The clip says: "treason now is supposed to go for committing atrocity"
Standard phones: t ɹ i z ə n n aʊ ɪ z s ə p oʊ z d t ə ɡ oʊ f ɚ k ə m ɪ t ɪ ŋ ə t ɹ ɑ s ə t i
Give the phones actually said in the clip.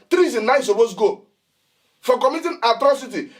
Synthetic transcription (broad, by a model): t ɹ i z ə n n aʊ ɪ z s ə b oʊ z ɡ oʊ f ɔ k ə m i t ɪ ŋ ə t ɹ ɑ s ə t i